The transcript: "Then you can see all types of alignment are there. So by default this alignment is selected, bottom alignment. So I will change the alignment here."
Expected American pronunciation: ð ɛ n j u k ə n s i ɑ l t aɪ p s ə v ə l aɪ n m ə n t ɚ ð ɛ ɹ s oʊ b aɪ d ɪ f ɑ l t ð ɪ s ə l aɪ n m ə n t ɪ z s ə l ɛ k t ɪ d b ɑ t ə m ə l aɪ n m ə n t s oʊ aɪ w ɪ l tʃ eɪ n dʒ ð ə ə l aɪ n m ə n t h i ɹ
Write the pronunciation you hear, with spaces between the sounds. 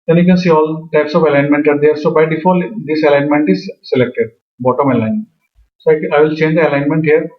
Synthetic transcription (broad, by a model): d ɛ n j u k ə n s i ɑ l t aɪ p s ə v ə l aɪ n m ə n t ɚ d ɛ ɹ s oʊ b aɪ d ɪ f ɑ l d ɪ s ə l aɪ n m ə n t ɪ z s ə l ɛ k t ɪ d b ɑ t ə m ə l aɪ n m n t s oʊ aɪ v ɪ l tʃ eɪ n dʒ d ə ə l aɪ n m ə n t h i ɹ